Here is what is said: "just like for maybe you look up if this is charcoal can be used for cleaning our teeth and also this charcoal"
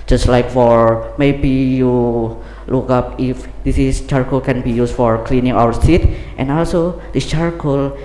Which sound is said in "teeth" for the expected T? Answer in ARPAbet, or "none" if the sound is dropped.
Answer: S